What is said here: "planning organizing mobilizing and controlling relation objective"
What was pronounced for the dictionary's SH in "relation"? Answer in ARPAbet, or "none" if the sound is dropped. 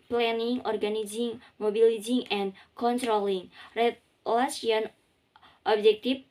S